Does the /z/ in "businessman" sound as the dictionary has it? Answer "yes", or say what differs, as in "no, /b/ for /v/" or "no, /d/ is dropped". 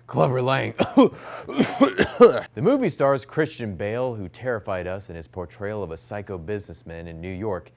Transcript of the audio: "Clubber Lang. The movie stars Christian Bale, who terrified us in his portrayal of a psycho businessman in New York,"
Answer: yes